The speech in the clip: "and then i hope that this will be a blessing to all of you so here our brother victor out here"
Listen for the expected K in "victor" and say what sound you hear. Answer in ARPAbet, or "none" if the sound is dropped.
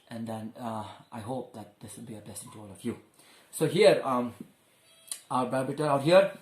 none